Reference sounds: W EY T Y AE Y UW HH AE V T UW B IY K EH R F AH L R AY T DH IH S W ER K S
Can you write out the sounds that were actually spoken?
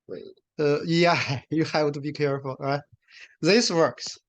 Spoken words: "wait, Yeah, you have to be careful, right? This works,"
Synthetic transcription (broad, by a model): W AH Y AE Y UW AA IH W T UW B IY K EH R F AH L R AY T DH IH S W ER K S